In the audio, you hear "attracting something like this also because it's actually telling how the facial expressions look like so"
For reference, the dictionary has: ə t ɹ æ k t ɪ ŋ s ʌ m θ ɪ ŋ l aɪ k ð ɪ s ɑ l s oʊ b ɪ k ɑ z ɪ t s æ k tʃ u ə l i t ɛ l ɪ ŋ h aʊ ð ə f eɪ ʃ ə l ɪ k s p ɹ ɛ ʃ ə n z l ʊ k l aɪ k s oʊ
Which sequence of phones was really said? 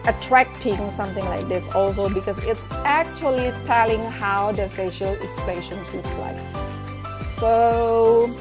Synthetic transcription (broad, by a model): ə t ɹ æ k t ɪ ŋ s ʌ m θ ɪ ŋ l aɪ k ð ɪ s ɑ l s oʊ b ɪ k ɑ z ɪ t s æ k tʃ u ə l i t ɛ l ɪ ŋ h aʊ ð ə f eɪ ʃ ə l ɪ k s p l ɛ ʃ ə n s l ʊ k l aɪ k s oʊ